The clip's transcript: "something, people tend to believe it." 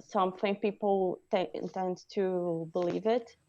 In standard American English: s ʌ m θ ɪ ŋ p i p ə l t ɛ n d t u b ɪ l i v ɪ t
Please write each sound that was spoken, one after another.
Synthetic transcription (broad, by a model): s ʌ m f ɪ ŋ p i p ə n t ɛ n d t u b ɪ l i v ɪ t